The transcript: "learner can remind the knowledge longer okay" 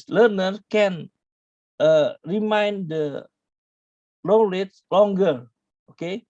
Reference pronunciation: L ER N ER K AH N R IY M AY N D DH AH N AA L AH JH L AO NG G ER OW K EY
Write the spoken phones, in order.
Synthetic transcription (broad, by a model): L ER N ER K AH N R IY M AY N D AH L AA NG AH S L AO NG G ER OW K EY